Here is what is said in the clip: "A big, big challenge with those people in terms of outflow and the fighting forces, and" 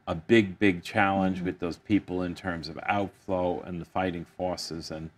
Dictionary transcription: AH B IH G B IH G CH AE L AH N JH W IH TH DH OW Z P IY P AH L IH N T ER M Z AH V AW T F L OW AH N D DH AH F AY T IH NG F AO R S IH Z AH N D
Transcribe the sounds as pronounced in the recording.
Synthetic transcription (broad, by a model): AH B IH G B IH G CH AE L AH N JH W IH DH OW Z P IY P L IH N T ER M Z AH V AW T F L OW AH N DH AH F AY T IH NG F AO R S IH Z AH N